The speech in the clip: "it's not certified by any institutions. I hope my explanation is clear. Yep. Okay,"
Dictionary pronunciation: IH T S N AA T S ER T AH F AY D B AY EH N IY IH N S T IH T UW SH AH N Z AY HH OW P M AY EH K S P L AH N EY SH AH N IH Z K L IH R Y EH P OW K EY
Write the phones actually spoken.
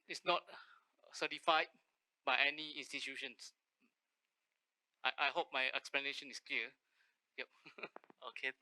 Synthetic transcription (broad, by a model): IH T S N AA T S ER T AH F AY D B AY EH N IY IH N S T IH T UW SH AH N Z AY HH OW P M AY EH K S P L AH N EY SH AH N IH S K L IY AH Y EH P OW K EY